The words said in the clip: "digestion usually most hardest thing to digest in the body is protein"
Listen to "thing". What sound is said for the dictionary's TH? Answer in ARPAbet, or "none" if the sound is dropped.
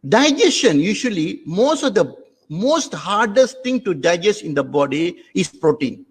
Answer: T